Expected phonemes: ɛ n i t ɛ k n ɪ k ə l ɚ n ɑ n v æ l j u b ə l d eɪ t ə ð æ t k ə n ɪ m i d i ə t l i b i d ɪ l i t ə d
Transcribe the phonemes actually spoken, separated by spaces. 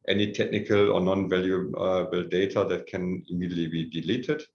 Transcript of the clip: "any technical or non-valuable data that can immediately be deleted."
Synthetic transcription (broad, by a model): ɛ n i t ɛ k n ɪ k ə l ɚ n ɑ n v æ l j u b ə l d eɪ t ə ð æ t k ə n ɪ m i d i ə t l i b i d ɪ l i t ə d